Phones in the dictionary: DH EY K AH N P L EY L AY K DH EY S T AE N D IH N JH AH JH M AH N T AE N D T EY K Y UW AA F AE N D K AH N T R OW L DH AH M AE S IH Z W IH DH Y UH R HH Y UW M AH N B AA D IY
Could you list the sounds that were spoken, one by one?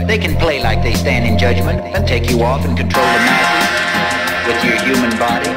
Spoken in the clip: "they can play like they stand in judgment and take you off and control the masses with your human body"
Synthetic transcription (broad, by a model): DH EY K N P L EY L AY K DH EY S T AE N D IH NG JH AH JH M AH N T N T EY K Y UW AA F N K AH N T R OW L DH AH M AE IH W IH DH Y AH R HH Y UW M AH N B AA D IY